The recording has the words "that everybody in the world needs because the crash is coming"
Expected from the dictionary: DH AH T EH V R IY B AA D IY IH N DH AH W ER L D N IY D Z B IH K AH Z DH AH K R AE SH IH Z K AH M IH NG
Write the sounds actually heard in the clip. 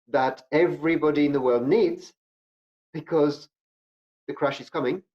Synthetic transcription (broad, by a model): DH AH T EH V R IY B AA D IY IH N DH AH W ER L D N IY D Z B IH K AH Z DH AH K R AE SH IH Z K AH M IH NG